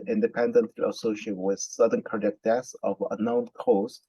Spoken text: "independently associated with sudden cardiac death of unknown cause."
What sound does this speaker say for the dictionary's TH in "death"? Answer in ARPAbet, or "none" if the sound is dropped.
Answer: S